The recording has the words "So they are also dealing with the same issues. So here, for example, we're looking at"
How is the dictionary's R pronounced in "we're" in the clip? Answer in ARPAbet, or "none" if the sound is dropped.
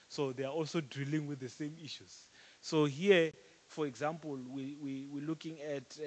W